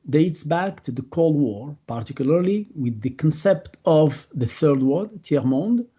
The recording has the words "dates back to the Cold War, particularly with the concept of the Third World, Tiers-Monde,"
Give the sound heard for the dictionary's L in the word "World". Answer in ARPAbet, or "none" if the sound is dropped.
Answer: none